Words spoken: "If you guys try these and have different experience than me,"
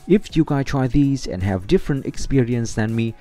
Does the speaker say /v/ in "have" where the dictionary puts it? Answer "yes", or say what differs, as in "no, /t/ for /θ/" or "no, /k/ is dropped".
yes